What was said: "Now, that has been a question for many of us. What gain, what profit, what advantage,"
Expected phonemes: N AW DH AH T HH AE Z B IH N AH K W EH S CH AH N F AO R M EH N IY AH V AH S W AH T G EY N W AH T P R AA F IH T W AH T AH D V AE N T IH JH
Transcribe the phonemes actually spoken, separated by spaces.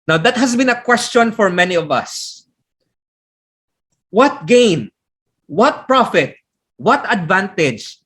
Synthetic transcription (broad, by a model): N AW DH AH T HH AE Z B IH N AH K W EH S CH AH N F AO R M EH N IY AH V AH S W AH T G EY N W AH T P R AA F IH T W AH T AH D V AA N T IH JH